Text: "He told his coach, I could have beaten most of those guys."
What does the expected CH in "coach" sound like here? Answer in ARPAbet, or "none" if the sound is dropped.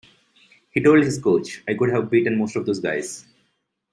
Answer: CH